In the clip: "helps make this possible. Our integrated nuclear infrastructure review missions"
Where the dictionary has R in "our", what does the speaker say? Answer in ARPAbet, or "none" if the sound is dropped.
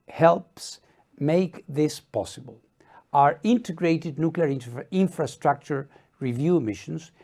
R